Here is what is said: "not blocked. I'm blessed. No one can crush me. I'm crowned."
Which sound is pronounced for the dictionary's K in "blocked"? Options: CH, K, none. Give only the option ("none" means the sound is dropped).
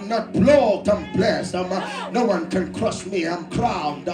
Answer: none